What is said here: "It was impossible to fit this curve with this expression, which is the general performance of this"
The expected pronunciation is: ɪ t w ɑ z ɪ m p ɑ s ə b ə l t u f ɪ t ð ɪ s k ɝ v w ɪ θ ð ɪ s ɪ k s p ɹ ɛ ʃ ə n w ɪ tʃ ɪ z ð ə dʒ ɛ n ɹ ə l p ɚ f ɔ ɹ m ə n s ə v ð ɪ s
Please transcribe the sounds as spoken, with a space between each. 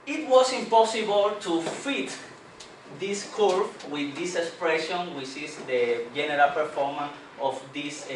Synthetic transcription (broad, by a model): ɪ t w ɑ s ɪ m p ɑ s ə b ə l t u f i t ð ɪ s k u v w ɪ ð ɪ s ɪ k s p ɹ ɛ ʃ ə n w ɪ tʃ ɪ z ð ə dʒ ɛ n ɹ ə l p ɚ f ɔ ɹ m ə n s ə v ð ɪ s